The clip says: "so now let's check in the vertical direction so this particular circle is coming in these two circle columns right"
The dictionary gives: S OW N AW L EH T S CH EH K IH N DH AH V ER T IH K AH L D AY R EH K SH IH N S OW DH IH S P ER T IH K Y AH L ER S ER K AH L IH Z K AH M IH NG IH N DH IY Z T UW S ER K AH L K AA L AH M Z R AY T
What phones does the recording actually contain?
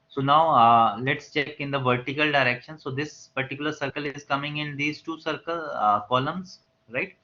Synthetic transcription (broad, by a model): S OW N AW L EH T S CH EH K IH N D AH V ER T IH K AH L D AY R EH K SH IH N S OW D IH S P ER T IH K Y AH L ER S ER K AH L IH Z K AH M IH NG IH N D IY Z T UW S ER K AH L K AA L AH M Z R AY T